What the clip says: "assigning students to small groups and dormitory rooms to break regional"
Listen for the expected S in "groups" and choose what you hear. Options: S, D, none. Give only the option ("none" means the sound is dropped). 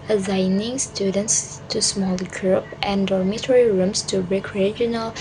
none